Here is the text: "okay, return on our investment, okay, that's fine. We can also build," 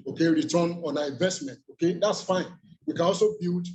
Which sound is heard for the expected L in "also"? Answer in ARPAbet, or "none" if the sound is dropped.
L